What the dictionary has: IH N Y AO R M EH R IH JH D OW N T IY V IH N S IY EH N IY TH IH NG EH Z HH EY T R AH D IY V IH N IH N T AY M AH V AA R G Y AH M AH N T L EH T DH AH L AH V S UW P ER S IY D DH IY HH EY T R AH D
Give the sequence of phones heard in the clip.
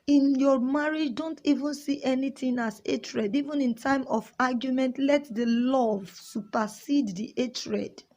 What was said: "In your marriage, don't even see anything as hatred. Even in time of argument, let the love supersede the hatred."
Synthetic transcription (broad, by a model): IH N Y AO M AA R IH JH D OW N T IY V IH N S IY EH N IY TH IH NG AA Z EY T R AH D IY V IH N IH N T AY M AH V AA G Y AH M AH N T L EH T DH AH L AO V S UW P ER S IY D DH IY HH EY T R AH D